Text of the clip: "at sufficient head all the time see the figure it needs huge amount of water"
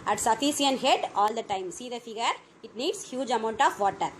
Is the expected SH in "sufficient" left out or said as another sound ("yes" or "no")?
yes